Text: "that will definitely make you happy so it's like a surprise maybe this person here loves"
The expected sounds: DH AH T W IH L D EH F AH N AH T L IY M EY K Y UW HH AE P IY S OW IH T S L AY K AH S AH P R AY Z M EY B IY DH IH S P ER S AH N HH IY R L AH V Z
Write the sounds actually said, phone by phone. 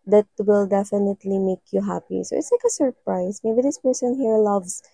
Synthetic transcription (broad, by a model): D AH T W IH L D EH F AH N AH T L IY M EY K Y UW HH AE P IY S OW IH T S L AY K AH S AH P R AY S M EY B IY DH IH S P ER S AH N HH IY R L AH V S